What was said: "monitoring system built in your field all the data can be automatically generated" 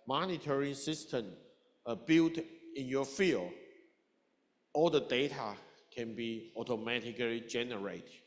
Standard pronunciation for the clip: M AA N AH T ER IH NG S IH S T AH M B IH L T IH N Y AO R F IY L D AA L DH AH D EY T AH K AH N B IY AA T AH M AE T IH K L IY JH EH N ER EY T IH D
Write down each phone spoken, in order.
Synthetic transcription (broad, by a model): M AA N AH T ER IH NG S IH S T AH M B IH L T IH N Y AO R F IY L AA L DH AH D EY T AH K AH N B IY AA T AH M AE T IH K L IY JH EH N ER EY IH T